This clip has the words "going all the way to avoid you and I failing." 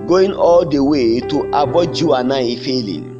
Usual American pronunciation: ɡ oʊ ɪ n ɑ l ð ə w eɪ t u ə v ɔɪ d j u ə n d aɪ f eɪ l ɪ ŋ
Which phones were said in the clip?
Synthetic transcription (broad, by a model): ɡ oʊ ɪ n ɑ l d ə w eɪ t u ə b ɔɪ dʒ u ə n aɪ f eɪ l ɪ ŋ